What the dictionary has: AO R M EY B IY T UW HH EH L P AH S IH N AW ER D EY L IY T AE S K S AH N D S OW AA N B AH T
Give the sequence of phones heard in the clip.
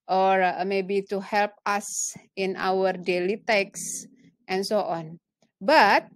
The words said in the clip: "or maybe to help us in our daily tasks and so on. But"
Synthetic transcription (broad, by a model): AO R M EY B IY T UW HH EH L P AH S IH N AW ER D EY L IY T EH K S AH N S OW AA N B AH T